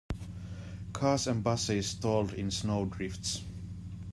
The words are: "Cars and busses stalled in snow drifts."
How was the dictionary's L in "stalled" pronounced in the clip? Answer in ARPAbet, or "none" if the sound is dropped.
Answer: L